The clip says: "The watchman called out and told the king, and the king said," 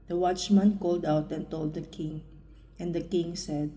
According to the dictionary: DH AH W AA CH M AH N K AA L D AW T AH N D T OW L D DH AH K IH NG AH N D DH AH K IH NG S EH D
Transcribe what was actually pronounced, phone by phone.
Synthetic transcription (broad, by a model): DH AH W AA CH M AH N K AA L D AW T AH N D T OW L D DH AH K IH NG AH N D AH K IH NG S EH D